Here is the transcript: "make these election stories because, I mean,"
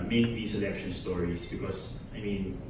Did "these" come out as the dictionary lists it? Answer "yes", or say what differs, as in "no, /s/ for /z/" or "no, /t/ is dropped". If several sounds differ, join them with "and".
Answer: no, /s/ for /z/